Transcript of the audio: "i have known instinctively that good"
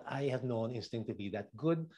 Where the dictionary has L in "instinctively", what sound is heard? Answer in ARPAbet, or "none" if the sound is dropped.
none